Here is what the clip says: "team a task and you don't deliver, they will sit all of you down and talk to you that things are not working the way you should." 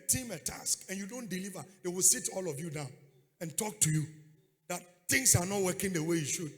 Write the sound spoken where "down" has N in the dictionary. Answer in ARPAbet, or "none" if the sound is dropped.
N